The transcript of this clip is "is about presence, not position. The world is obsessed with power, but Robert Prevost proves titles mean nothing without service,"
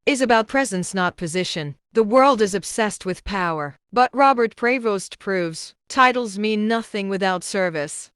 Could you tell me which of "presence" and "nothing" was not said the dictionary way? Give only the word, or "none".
none